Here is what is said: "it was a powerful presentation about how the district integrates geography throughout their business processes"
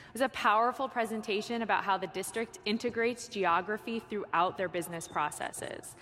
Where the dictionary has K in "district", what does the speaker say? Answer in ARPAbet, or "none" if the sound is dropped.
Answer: K